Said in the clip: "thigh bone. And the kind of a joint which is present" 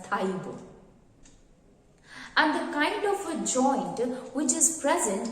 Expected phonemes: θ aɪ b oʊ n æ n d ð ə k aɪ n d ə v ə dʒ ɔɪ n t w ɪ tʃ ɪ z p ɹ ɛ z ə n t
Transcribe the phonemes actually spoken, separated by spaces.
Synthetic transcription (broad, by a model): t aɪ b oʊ æ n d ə k aɪ n d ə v ə dʒ ɔɪ n t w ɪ tʃ ɪ z p ɹ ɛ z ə n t